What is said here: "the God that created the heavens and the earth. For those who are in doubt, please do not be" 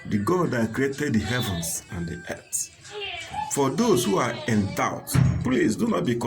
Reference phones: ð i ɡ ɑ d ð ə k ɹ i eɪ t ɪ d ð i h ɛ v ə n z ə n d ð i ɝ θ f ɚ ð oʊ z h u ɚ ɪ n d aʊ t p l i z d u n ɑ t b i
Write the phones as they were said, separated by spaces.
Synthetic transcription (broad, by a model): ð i ɡ ɑ d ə k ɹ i eɪ t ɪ d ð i h ɛ v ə n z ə n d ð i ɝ s f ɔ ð oʊ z h u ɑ ɪ n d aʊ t p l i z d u n ɑ t b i